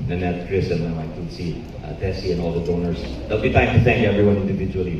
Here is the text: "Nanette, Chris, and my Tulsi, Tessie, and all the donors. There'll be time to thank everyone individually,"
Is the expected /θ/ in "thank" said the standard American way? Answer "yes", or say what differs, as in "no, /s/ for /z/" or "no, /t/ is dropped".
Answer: yes